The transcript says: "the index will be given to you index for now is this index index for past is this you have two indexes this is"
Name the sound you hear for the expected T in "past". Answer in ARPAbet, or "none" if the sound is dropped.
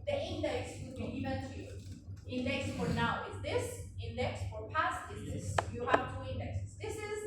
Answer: T